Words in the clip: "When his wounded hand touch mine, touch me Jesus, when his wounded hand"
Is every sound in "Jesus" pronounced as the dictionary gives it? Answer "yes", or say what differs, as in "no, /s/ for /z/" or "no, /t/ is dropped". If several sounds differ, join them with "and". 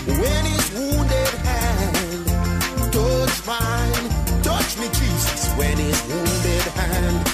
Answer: no, /tʃ/ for /dʒ/ and /s/ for /z/